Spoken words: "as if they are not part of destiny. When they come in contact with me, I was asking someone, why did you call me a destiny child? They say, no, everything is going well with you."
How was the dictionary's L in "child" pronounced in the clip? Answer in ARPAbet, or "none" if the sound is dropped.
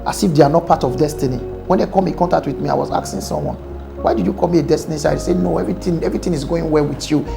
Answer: none